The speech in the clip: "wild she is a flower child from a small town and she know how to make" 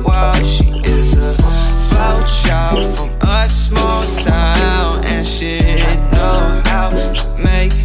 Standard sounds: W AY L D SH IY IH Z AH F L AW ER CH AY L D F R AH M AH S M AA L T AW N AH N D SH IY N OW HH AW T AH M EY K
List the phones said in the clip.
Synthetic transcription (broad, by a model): W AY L SH IY IH Z AH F AW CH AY L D F R AH M AH S M AA L T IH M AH N SH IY N OW HH AW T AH M EY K